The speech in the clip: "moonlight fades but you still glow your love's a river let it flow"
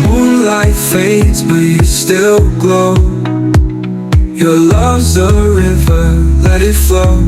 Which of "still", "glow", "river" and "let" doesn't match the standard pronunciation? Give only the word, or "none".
none